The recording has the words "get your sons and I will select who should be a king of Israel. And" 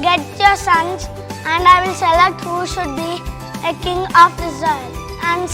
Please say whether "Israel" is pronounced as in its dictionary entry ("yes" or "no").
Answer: no